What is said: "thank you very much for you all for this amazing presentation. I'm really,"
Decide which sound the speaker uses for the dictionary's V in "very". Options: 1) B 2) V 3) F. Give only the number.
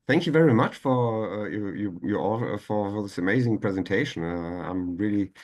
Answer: 2